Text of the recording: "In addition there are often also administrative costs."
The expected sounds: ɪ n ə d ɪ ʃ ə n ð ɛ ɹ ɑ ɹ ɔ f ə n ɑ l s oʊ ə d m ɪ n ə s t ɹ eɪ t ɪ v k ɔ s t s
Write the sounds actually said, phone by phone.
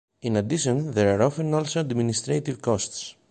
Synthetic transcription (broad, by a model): ɪ n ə d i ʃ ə n ð ɛ ɹ ɑ ɹ ɔ f ə n ɑ l s oʊ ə d m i n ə s t ɹ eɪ t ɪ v k ɔ s t s